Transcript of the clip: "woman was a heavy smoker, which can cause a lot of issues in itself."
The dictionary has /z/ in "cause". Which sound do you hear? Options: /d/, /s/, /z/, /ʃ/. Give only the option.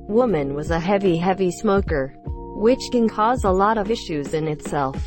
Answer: /z/